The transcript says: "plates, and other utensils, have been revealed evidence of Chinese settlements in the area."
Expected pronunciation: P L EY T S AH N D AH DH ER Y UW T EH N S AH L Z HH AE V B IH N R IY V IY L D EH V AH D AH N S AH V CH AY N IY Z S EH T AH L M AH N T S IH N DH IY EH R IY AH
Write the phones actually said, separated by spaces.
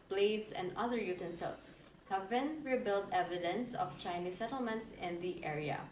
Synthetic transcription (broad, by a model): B L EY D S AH N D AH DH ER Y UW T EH N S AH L S HH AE V B IH N R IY B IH L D EH V AH D AH N S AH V CH AY N IY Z S EH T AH L M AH N T S IH N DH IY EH R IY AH